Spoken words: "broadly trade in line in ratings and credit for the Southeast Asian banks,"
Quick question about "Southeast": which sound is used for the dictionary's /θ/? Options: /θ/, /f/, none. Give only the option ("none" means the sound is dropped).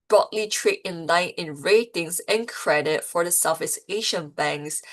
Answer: /f/